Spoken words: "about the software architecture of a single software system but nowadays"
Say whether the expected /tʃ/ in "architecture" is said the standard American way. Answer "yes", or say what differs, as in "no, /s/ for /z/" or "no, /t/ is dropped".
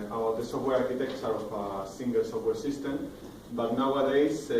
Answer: no, /s/ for /tʃ/